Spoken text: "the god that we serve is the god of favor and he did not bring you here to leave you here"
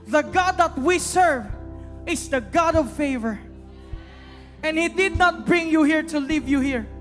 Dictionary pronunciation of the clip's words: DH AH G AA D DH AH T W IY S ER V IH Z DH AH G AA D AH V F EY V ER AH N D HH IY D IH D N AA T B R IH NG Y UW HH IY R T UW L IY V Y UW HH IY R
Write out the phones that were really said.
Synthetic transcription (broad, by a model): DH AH G AA D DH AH T W IY S ER V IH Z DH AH G AA D AH V F EY V ER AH N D HH IY D IH D N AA T B R IH NG Y UW HH IY R T UW L IY V Y UW HH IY R